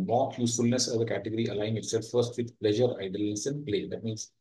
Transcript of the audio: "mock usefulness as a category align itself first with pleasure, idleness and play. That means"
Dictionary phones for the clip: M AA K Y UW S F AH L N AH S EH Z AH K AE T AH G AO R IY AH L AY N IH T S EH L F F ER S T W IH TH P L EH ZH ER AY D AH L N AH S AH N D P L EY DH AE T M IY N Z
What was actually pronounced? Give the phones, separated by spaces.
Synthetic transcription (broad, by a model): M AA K Y UW S F AH L N AH S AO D AH K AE T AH G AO R IY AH L AY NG IH T S EH L F F ER S T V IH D P L EH ZH ER AY D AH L AH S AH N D P L EY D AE T M IY N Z